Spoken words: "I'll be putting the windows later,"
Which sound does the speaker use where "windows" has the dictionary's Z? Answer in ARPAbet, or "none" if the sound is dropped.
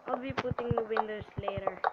S